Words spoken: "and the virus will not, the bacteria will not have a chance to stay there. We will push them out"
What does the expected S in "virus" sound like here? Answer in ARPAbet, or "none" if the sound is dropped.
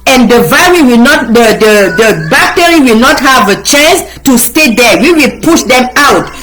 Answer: none